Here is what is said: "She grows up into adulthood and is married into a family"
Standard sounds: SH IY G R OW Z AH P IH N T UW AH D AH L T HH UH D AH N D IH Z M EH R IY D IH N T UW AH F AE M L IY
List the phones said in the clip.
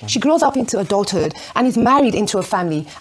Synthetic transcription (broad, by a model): SH IY G R OW Z AH P IH N T UW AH D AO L T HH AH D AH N IH Z M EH R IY D IH N T UW AH F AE M L IY